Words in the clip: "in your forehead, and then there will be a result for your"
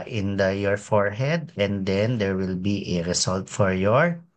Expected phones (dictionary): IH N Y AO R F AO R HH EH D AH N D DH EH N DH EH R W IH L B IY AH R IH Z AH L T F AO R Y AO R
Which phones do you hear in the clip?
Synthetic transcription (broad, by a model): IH N Y AO R F AO R HH EH D AH N D EH N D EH R W IH L B IY AH R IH S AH L T F AO R Y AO R